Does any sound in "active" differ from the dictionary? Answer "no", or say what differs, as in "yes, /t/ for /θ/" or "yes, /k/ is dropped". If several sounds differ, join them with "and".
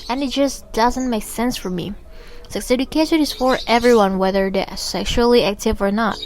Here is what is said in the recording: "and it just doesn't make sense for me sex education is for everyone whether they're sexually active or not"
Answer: no